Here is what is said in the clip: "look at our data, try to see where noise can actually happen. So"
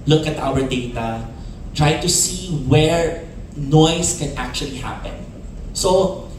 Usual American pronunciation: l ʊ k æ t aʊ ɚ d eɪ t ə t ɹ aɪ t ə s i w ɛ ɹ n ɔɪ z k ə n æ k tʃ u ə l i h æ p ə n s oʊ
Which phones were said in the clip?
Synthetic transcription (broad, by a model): l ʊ k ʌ t aʊ ɚ d eɪ t ə t ɹ aɪ t ə s i w ɛ ɹ n ɔɪ s k ə n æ k tʃ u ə l i h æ p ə n s oʊ